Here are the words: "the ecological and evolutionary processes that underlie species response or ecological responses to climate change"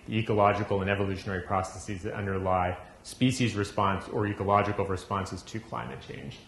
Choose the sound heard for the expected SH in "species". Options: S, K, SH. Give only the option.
SH